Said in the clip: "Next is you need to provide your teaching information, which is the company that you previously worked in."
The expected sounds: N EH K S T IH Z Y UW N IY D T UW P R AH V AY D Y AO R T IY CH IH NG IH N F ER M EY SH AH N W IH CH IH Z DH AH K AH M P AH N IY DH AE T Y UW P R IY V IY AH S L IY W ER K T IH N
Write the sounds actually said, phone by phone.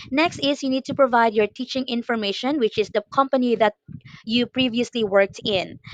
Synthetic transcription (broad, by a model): N EH K S T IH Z Y UW N IY D T UW P R AH V AY D Y AO R T IY CH IH NG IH N F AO M EY SH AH N W IH CH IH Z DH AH K AH M P AH N IY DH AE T Y UW P R IY V IY AH S L IY W ER K T IH N